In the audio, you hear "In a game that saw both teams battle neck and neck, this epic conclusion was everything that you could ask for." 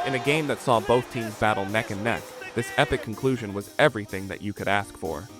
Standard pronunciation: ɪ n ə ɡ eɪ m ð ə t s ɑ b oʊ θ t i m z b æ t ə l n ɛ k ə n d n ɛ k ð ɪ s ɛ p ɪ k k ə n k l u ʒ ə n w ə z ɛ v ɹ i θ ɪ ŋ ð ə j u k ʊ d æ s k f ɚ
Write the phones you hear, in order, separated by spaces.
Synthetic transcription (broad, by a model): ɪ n ə ɡ eɪ m ð ə t s ɑ b oʊ θ t i m z b æ t l n ɛ k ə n n ɛ k ð ɪ s ɛ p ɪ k k n k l u ʒ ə n w ə z ɛ v ɹ i θ ɪ ŋ ð ə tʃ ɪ k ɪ d æ s k f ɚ